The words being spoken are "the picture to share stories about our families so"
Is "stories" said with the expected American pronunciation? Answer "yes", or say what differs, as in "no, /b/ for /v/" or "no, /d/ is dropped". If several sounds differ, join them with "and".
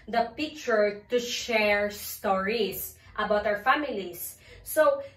no, /s/ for /z/